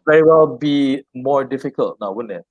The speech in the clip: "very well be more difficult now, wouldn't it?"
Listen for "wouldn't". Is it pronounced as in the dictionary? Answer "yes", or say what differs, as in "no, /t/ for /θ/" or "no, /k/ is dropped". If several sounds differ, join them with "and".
no, /t/ is dropped